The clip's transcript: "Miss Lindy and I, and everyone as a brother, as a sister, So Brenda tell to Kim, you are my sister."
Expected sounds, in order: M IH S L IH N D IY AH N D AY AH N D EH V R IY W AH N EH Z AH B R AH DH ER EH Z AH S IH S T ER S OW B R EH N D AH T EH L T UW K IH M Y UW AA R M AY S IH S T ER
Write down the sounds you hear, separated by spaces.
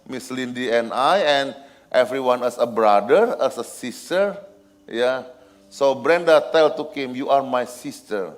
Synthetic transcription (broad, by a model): M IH S L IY N D IY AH N AY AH N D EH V R IY W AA N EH S AH B R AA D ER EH S AH S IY S T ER S OW B R EH N D AH T EH L T UW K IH M Y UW AA R M AY S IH S T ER